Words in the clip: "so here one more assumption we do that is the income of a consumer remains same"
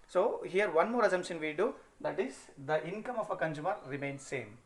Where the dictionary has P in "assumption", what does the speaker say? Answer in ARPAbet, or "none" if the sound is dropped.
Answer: none